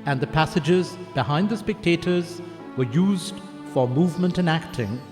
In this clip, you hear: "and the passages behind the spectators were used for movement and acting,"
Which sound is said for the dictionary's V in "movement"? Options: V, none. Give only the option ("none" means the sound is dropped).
V